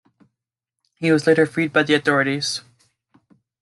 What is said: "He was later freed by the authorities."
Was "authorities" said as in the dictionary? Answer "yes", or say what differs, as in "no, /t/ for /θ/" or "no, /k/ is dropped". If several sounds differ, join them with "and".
yes